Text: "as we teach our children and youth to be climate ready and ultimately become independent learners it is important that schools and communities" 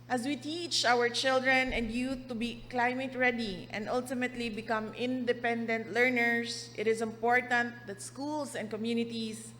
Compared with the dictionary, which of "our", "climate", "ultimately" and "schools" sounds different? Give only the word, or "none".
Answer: schools